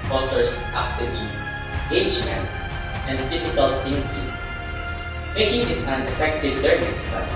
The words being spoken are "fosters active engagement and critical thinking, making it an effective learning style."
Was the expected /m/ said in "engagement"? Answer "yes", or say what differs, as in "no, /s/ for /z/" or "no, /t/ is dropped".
no, /m/ is dropped